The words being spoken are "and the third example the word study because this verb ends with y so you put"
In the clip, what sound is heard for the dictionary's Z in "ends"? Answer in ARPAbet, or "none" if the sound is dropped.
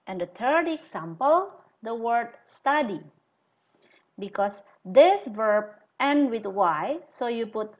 none